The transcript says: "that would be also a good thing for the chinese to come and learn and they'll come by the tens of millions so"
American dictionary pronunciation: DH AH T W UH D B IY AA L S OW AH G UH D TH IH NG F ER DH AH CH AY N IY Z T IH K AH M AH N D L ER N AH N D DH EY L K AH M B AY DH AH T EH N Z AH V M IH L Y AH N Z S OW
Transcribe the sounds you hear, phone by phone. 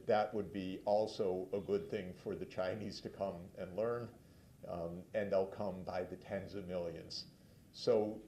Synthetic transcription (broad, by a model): DH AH T W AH D B IY AA L S OW AH G UH D TH IH NG F ER DH AH CH AY N IY Z T IH K AH M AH N L ER N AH N DH EY L K AH M B AY DH AH T EH N Z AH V M IH L Y AH N Z S OW